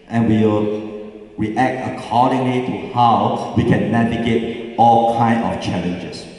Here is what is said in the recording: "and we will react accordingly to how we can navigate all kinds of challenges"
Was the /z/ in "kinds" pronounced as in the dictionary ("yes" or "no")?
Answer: no